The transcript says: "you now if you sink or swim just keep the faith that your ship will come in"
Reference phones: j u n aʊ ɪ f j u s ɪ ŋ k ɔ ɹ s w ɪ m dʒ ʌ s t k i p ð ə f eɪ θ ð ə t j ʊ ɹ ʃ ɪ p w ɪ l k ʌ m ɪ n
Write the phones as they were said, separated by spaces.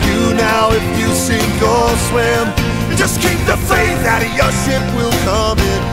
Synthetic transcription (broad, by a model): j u n aʊ ɪ f j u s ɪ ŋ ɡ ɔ l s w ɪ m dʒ ʌ s k i p ð ə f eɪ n ð ə t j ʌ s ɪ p w ɪ l k ʌ m ɪ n